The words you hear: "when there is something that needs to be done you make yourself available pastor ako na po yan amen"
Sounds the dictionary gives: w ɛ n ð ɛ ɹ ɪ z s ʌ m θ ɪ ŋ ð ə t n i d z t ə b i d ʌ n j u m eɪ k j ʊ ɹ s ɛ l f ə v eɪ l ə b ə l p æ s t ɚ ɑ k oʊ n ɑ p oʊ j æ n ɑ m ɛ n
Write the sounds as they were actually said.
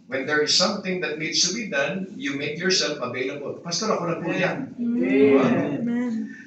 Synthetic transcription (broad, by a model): w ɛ n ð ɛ ɹ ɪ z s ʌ m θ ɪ ŋ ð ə t n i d s t ə b i d ʌ n j u m eɪ k j ʊ ɹ s ɛ l f ə v eɪ l ə b ə l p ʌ s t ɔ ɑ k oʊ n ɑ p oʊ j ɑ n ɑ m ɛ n